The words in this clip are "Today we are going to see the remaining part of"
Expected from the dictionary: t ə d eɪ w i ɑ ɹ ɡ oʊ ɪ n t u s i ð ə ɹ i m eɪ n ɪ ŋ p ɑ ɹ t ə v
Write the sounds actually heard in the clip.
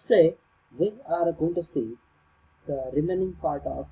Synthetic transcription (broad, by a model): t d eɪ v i ɑ ɹ ɡ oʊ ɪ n t u s i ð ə ɹ i m eɪ n ɪ ŋ p ɑ ɹ t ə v